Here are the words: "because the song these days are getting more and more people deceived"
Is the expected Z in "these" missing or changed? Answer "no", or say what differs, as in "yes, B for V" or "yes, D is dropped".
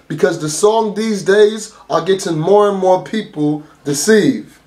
no